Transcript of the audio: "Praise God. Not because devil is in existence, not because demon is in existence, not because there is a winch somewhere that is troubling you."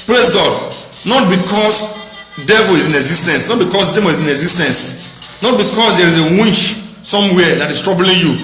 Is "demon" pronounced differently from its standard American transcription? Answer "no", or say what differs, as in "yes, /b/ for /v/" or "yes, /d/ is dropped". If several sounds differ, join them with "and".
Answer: yes, /n/ is dropped